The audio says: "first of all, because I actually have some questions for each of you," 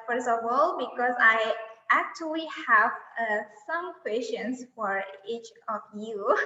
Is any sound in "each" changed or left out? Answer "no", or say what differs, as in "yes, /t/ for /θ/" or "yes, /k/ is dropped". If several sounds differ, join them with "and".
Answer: no